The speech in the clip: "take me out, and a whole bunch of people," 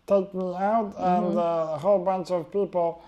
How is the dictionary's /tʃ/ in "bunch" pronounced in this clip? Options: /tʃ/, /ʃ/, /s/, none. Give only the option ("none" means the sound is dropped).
/s/